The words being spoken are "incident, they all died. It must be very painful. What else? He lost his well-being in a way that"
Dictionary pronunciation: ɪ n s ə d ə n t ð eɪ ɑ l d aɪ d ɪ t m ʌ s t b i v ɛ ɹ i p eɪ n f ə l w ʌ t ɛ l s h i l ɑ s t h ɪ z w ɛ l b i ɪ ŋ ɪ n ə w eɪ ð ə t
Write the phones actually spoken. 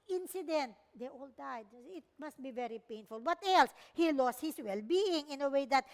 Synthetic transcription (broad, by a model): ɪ n s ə d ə n t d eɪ ɑ l d aɪ d ɪ t m ʌ s t b i v ɛ ɹ i p eɪ n f ə l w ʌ t ɛ l s h i l ɑ s t h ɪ s w ɛ l b i ɪ ŋ ɪ n ə w eɪ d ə t